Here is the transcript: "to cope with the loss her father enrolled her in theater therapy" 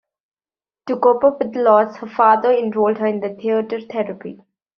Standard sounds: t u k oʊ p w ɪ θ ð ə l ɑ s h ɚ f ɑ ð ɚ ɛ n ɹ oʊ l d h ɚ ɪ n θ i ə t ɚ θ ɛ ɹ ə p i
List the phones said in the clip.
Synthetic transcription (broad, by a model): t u k oʊ p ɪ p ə l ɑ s h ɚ f ɑ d ɚ ɛ n ɹ oʊ l d h ɚ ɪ n t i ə t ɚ t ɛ ɹ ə p i